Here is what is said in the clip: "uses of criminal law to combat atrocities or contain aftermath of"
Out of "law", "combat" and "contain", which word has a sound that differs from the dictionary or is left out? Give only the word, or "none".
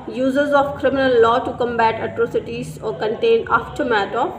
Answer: none